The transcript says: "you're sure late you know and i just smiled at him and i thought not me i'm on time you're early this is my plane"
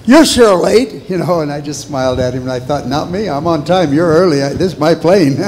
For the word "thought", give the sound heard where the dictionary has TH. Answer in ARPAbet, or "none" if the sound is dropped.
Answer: TH